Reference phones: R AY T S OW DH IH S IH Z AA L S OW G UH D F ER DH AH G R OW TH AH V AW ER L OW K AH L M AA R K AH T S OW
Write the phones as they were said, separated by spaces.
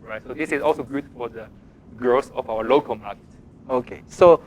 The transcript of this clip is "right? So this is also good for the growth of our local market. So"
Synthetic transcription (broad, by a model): R AY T S OW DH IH S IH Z AA L S OW G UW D F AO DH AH G R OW S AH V AW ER L OW K AH L M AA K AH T S OW